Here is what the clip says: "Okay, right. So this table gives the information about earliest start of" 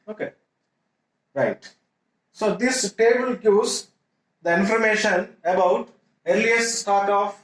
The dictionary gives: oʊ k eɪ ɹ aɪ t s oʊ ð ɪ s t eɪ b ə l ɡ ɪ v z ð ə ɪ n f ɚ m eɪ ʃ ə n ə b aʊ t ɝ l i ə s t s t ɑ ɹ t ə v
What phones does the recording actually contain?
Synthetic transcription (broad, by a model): oʊ k eɪ ɹ aɪ t s oʊ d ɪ s t eɪ b ə l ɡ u z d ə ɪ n f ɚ m eɪ ʃ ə n ə b aʊ t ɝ l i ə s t s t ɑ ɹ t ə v